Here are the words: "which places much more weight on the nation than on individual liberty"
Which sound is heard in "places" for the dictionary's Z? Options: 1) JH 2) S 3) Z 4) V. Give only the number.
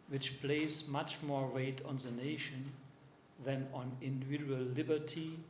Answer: 2